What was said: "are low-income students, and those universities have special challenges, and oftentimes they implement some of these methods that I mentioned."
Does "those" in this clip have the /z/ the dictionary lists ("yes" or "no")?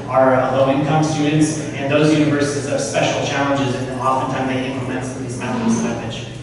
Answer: yes